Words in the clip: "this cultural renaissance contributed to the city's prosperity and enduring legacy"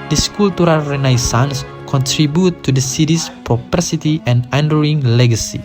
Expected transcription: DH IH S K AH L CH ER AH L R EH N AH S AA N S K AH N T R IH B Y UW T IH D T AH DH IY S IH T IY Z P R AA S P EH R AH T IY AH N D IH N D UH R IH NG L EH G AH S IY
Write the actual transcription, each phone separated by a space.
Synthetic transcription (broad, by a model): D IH S K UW L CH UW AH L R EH N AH S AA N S K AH N T R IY B Y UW T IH D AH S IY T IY S P R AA P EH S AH T IY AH N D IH N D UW IH NG L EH G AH S IY